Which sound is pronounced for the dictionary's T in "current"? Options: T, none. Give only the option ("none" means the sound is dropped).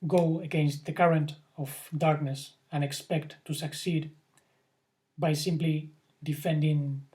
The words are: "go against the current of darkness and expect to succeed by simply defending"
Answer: T